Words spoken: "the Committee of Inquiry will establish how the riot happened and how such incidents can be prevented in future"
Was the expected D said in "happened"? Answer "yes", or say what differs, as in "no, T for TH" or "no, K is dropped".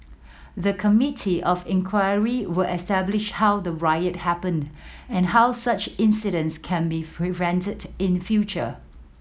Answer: yes